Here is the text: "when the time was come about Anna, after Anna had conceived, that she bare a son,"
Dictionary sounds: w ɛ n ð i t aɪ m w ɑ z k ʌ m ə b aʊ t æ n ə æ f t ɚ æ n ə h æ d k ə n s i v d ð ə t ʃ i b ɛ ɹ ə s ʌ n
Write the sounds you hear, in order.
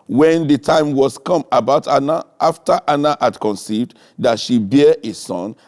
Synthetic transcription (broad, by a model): w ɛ n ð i t aɪ m w ɑ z k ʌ m ə b aʊ t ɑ n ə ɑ f t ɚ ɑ n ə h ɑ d k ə n s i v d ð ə t ʃ i b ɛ ə s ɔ n